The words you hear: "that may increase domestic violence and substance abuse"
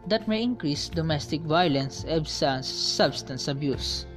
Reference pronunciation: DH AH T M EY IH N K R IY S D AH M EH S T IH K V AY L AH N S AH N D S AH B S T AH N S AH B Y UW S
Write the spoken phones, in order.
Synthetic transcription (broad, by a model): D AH T M EY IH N K R IY S D AH M EH S T IH K V AY L AH N S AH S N S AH B S T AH N S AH B Y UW S